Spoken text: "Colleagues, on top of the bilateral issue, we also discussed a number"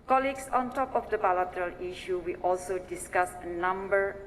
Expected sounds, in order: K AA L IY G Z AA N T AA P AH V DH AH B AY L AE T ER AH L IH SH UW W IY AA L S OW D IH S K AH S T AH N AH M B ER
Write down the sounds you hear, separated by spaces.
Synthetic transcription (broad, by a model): K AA L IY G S AA N T AA P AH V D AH B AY L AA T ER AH L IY SH UW W IY AA L S OW D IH S K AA S AH N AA M B ER